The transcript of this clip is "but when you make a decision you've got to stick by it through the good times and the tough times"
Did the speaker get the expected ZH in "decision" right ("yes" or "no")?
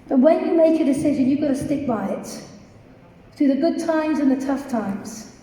yes